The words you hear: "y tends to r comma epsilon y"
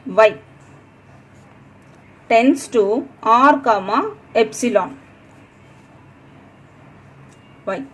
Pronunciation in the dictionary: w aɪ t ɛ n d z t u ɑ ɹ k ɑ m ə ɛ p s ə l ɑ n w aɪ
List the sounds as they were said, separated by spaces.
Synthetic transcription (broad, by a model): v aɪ t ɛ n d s t u ɑ ɹ k ɑ m ə ɛ p s ə l ɑ n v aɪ